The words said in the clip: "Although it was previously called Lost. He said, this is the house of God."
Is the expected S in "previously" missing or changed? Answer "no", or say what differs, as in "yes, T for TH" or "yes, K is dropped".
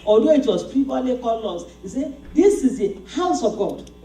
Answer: yes, S is dropped